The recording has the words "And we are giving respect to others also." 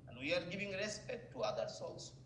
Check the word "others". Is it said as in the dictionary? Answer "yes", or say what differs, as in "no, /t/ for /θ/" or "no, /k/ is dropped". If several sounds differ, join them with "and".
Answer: no, /s/ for /z/